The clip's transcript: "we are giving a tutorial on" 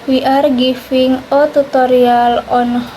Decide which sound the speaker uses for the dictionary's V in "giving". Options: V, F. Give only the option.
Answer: F